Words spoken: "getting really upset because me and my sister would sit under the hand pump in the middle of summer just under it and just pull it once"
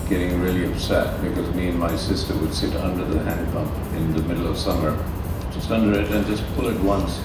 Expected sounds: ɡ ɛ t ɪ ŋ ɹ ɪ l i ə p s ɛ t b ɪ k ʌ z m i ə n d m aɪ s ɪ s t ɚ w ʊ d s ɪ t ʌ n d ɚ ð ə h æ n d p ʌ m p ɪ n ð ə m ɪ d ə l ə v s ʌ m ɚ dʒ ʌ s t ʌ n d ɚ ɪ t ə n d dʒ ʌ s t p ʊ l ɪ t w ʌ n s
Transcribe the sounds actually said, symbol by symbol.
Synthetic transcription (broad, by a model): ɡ ɛ t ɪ ŋ ɹ ɪ l i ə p s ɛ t b ɪ k ʌ z m i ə n m aɪ s ɪ s t ɚ w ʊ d s ɪ t ʌ n d ɚ ð ə h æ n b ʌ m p ɪ n ð ə m ɪ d l ə v s ʌ m ɚ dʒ ʌ s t ʌ n d ɚ ɪ t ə n dʒ ʌ s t p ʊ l ɪ t w ʌ n s